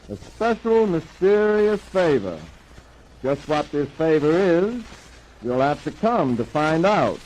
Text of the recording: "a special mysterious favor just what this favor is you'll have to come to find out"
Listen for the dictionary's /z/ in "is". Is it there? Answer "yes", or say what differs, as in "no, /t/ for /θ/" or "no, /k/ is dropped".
yes